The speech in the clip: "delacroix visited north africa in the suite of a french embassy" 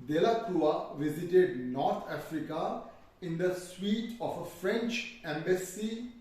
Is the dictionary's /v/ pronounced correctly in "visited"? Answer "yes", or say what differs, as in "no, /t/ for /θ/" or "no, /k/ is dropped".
yes